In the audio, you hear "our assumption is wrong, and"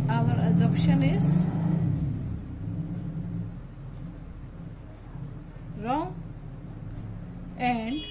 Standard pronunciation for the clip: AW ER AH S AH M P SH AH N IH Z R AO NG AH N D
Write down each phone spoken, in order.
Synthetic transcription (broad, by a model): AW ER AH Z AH P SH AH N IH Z R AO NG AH N D